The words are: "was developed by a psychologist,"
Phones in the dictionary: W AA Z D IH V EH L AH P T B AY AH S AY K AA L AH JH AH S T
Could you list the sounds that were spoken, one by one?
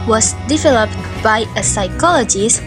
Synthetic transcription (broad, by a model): W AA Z D IH V EH L AH P T B AY AH S AY K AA L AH JH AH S